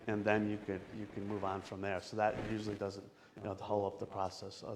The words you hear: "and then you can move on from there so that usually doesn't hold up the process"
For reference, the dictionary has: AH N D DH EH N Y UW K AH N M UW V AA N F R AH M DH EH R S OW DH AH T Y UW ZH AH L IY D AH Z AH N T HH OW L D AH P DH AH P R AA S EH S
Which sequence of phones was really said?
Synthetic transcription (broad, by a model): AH N DH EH N Y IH K AH N M UW V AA N F R AH M DH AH R S OW DH AH T Y UW ZH L IY D AH Z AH N T HH OW L AH P DH AH P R AA S EH S